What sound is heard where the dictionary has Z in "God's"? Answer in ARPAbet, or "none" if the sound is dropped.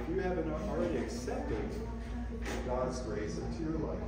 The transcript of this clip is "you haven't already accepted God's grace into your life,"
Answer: Z